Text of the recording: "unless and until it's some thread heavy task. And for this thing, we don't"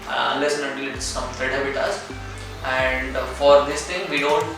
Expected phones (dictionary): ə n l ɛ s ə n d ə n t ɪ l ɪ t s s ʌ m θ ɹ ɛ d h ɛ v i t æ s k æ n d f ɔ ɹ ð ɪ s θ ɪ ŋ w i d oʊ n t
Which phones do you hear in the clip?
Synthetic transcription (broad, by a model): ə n l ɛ s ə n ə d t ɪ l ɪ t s s ʌ m t ɹ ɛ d h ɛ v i t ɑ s æ n d f ɔ ɹ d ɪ s t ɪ ŋ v i d oʊ n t